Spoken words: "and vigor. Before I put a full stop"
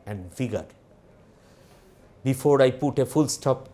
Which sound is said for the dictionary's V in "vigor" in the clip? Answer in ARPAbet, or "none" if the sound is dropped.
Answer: F